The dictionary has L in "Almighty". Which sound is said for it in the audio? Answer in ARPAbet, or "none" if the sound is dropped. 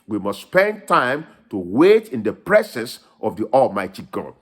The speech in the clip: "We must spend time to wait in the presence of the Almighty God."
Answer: L